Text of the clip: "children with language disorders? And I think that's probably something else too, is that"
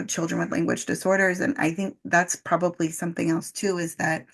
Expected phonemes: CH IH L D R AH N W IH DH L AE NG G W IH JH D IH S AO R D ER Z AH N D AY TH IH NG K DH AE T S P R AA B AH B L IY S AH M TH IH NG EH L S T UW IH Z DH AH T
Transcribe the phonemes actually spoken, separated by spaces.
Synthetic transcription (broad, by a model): CH IH L D R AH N W IH DH L AE NG G W IH JH D IH S AO R D ER Z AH N AY TH IH NG K DH AE T S P R AA B AH B L IY S AH M TH IH NG EH L S T UW IH Z DH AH T